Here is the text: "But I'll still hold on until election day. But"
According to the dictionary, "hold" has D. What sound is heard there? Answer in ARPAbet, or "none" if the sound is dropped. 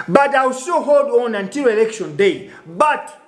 D